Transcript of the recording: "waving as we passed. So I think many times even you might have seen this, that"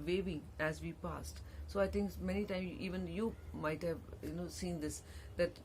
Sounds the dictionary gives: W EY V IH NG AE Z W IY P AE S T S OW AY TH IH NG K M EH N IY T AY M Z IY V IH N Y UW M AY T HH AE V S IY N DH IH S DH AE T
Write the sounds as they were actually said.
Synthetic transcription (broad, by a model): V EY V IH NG AE Z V IY P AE S T S OW AY T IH NG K M EH N IY T AY M IY V IH N Y UW M AY T HH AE V S IY N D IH S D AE T